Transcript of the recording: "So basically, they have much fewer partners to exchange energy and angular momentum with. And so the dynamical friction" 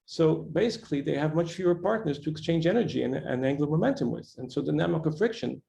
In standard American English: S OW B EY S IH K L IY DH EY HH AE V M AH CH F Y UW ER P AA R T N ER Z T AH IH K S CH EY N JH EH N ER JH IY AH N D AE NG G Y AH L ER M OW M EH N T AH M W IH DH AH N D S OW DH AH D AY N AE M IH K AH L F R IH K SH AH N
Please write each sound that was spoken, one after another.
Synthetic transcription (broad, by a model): S OW B EY S IH K L IY DH EY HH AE V M AH CH F Y UW ER P AA R T N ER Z T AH IH K S CH EY N JH EH N ER JH IY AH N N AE NG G L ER M OW M EH N T AH M W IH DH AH N S OW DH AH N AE M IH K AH F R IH K SH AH N